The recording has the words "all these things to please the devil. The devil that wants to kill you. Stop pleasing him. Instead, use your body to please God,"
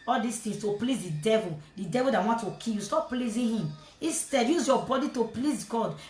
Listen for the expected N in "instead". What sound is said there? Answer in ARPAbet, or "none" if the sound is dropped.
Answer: none